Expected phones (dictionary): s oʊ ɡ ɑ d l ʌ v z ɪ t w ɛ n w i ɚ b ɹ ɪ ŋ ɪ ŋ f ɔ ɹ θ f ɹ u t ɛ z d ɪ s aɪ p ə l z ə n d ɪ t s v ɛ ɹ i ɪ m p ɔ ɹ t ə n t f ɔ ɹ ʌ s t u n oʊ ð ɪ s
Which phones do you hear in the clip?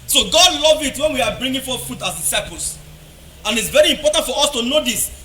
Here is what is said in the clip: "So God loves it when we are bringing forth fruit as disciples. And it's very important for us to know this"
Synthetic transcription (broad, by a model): s oʊ ɡ ɑ d l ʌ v ɪ t w ɛ n w i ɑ b ɹ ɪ ŋ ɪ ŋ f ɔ f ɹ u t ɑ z d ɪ s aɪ p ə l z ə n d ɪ t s v ɛ ɹ i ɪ m p ɔ t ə n t f ɔ ɹ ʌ s t u n oʊ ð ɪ s